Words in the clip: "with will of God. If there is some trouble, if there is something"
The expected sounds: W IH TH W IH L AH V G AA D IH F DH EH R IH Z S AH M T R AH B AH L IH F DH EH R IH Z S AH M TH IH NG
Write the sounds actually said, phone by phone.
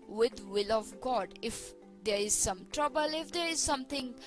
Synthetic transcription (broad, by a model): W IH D W IH L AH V G AA D IH F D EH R IH Z S AH M T R AH B AH L IH F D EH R IH Z S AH M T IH NG